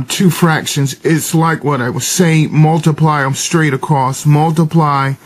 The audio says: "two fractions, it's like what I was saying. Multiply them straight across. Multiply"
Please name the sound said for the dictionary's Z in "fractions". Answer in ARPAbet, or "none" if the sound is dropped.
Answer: Z